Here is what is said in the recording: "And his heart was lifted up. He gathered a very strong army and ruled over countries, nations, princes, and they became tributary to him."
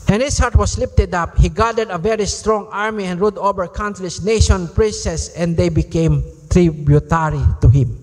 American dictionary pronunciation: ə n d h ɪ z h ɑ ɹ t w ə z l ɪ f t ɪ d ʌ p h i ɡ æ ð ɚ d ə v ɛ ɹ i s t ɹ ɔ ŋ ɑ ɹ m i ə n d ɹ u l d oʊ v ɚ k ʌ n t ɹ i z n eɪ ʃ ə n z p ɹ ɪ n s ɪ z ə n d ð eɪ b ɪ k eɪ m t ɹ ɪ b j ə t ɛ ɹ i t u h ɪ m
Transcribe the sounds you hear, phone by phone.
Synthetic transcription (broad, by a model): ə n h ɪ s h ɑ ɹ t w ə s l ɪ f t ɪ d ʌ p h i ɡ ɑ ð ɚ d ə v ɛ ɹ i s t ɹ ɔ ŋ ɑ ɹ m i ə n d ɹ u d oʊ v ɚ k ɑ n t l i s n eɪ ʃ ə n p ɹ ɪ n s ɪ s ə n d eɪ b ɪ k eɪ m t ɹ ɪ b j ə t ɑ ɹ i t u h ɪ m